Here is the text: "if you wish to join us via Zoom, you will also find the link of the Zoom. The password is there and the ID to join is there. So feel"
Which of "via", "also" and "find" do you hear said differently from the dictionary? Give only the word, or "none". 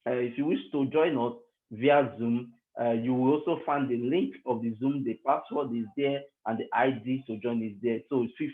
none